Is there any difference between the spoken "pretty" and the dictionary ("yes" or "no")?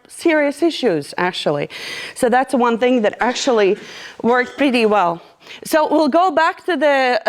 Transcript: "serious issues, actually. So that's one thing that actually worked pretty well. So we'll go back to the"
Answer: no